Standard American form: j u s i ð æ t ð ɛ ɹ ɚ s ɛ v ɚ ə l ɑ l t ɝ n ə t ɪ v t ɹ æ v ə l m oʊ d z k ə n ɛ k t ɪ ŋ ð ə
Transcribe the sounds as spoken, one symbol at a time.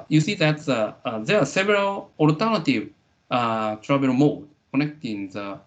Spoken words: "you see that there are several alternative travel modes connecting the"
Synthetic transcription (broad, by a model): j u s i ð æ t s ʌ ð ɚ s ɛ v ɚ ə l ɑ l t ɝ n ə t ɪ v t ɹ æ b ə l m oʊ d k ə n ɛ k t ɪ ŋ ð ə